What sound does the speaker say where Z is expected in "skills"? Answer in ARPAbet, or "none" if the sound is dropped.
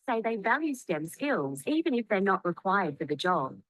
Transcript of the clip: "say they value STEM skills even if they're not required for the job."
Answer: Z